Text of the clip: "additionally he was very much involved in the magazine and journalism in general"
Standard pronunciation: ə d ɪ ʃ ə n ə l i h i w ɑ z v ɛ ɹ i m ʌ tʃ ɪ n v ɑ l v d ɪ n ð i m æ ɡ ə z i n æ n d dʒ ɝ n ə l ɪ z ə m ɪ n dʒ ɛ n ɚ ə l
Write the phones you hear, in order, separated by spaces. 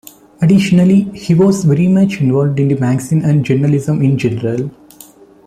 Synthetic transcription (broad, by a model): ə d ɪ ʃ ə n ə l i h i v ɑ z v ɛ ɹ i m ʌ tʃ ɪ n v ɑ l v d ɪ n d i m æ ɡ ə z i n æ n d dʒ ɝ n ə l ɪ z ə m ɪ n dʒ ɛ n ɚ ə l